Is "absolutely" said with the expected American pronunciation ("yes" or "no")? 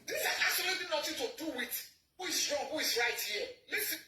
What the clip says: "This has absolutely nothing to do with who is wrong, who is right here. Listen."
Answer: no